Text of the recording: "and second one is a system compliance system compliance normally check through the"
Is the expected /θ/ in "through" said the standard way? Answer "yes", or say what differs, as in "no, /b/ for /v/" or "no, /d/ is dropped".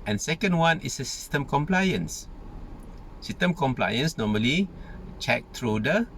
no, /t/ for /θ/